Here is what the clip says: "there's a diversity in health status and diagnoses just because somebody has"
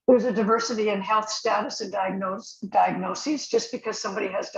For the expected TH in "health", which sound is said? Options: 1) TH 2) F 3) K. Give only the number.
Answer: 1